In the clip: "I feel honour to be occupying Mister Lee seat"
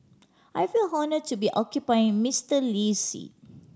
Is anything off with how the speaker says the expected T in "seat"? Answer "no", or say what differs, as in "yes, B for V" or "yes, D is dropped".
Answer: yes, T is dropped